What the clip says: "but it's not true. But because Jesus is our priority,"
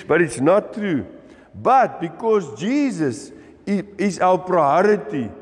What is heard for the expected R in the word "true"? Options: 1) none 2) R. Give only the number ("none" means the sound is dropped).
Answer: 2